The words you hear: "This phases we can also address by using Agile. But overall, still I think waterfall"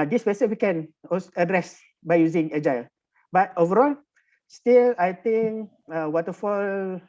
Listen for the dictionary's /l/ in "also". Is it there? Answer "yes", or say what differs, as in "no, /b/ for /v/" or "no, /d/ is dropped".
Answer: no, /l/ is dropped